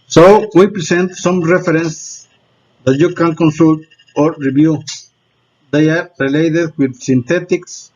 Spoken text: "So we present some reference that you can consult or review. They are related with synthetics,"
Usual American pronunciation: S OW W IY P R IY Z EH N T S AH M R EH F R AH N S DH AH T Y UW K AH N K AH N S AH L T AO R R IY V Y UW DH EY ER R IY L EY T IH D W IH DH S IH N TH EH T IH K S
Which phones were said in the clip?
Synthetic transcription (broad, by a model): S OW W IY P R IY S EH N T S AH M R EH F R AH N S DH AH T Y UW K AH N K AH N S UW L T AO R R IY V Y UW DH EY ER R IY L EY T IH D W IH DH S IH N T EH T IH K S